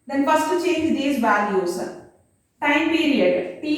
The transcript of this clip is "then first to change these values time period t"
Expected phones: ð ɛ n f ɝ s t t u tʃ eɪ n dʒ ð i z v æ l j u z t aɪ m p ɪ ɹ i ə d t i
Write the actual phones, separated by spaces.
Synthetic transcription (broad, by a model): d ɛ n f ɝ s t t u tʃ eɪ n dʒ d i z b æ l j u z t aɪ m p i ɹ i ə d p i